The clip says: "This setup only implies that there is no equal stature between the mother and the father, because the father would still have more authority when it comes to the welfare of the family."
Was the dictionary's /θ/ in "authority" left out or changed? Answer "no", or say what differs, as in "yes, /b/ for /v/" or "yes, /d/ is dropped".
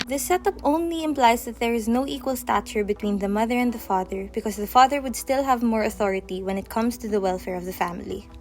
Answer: no